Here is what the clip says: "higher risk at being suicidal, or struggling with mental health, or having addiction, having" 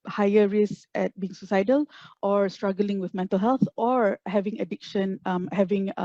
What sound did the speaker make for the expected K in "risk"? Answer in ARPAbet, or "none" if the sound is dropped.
none